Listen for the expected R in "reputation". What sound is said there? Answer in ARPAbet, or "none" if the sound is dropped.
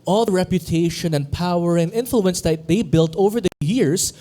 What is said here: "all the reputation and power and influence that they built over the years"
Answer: R